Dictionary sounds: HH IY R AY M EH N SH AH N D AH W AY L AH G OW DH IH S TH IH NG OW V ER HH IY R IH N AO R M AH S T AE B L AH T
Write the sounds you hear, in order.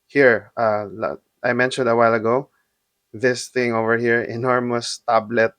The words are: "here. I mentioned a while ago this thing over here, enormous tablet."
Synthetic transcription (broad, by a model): HH IY R AY M EH N SH AH N D AH W AY L AH G OW DH IH S TH IH NG OW V ER HH IY R IH N AO R M AH S T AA B L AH T